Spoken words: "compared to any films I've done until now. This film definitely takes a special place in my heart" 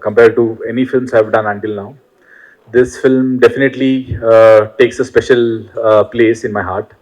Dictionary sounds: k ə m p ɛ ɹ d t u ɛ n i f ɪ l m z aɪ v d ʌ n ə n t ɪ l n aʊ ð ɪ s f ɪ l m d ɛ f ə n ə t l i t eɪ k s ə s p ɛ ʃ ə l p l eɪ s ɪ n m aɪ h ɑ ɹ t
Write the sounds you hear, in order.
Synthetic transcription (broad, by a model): k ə m p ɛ ɹ d t u ɛ n i f ɪ l m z aɪ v d ʌ n ə n t ɪ l n aʊ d ɪ s f ɪ l m d ɛ f ə n ə t l i t eɪ k s ə s p ɛ ʃ ə l p l eɪ s ɪ n m aɪ h ɑ ɹ t